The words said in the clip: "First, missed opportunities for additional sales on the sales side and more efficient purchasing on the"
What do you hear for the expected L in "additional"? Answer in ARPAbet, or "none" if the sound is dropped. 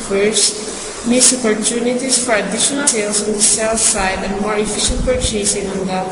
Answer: N